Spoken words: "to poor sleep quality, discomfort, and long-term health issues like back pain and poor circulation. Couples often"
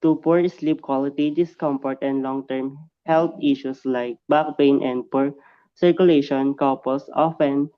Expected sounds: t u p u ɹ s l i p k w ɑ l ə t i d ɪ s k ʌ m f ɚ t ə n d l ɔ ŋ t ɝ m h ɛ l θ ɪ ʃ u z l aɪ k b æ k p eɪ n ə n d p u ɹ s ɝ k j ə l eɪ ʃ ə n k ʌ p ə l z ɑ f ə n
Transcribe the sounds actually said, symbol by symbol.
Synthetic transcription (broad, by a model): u p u ɹ s l i p k w ɑ l ə t i d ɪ s k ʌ m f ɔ t ə n d l ɔ ŋ t ɝ m h ɛ l t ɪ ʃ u s l aɪ k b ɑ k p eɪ n ə n d p u ɹ s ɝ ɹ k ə l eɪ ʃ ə n k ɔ p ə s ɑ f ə n